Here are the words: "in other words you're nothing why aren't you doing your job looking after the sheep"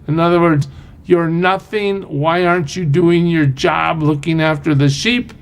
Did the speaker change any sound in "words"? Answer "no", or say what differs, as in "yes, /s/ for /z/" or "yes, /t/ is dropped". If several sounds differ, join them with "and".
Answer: no